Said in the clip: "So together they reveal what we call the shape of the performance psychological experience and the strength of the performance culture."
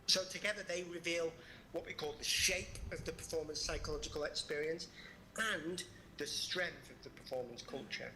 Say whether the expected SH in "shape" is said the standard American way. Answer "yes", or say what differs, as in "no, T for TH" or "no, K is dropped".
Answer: yes